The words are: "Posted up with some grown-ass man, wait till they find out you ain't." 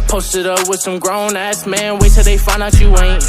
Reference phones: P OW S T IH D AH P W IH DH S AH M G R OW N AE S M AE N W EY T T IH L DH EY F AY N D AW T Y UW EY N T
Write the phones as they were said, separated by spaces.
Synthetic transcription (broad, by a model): P OW S T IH D AH P W IH DH S AH M G R OW N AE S M AE N W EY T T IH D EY F AY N AW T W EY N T